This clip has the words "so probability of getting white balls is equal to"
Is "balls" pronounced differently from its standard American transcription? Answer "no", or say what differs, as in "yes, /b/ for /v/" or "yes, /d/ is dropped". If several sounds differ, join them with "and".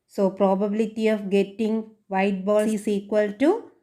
yes, /z/ is dropped